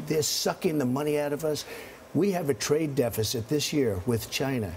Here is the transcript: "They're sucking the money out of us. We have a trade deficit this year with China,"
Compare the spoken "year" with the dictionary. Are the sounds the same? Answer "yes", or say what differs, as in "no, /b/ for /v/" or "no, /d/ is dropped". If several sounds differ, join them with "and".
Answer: yes